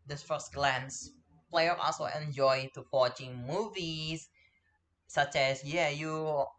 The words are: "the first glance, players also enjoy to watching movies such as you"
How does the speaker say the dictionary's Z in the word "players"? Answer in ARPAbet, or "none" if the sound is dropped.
none